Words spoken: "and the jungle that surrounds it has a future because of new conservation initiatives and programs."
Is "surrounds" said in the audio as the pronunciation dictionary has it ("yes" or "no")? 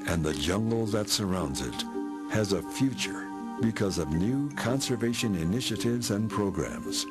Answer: yes